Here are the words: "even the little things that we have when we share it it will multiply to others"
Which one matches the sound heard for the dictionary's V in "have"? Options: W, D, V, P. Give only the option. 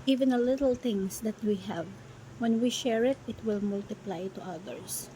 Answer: V